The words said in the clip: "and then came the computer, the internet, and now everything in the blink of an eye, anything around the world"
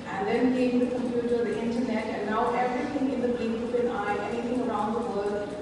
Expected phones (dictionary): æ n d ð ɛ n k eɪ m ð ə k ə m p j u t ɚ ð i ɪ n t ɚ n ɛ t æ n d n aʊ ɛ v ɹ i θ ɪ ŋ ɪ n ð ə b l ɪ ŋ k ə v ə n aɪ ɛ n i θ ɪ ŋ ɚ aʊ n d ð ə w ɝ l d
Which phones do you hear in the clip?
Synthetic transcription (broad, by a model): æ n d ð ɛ n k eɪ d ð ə k ə m p j u t ɚ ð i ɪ n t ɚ n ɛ t æ n d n aʊ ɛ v ɹ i t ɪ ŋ ɪ n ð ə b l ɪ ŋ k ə p ə n aɪ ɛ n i t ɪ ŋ ɚ aʊ n d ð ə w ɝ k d